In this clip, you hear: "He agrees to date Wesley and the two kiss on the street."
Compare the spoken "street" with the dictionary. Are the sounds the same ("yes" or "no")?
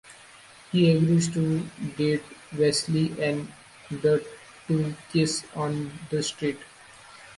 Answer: yes